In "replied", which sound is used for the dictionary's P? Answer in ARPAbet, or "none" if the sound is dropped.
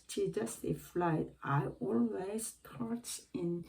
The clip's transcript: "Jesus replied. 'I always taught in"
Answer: F